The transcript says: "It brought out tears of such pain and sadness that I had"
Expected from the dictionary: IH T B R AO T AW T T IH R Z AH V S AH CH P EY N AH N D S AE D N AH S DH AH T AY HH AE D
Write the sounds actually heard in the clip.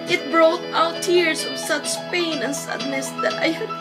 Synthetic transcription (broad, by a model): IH T B R AO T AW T T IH R S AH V S AH CH P EY N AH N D S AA D N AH S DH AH T AY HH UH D